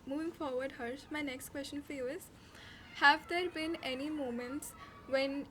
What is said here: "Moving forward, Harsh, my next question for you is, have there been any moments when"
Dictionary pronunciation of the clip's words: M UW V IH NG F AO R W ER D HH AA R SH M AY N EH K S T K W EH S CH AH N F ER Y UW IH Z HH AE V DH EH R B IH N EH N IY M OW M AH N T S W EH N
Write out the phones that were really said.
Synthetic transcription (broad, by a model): M UW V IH NG F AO R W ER D HH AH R S M AY N EH K S T K W EH S CH AH N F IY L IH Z HH AE V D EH R B IH N EH N IY M OW M AH N T S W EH N